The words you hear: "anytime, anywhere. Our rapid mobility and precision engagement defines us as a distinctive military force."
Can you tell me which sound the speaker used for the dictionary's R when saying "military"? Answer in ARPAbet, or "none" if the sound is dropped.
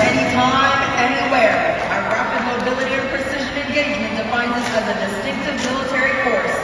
R